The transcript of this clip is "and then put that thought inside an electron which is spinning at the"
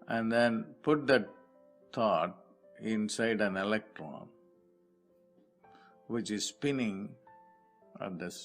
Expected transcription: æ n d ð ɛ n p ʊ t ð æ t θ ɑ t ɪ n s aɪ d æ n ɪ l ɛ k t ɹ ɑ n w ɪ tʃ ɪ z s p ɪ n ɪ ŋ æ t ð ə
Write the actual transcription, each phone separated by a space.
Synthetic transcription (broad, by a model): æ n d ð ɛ n p ʊ t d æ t t ɑ t ɪ n s aɪ d æ n ɪ l ɛ k t ɹ ɑ n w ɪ tʃ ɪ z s p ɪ n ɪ ŋ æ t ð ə